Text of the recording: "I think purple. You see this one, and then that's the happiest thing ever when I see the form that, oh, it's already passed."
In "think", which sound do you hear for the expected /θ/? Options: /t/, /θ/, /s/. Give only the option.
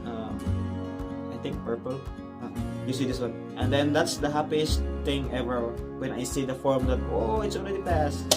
/t/